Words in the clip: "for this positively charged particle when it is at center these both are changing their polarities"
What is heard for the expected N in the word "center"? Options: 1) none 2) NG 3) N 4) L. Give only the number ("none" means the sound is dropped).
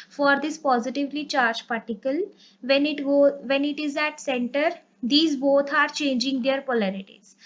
3